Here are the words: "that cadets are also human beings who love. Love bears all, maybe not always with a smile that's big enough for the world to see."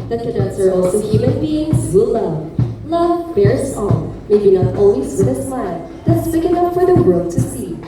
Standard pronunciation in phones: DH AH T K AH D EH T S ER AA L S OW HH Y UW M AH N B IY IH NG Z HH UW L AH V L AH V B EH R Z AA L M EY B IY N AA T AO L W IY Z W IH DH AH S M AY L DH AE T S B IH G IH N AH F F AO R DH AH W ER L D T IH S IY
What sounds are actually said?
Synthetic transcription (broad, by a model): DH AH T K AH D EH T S ER AA L S OW HH Y UW M AH N B IY IH NG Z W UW L AH V L AH V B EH R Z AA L M EY B IY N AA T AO N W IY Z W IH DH AH S M AY L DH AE T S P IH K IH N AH P F AO R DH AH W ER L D T IH S IY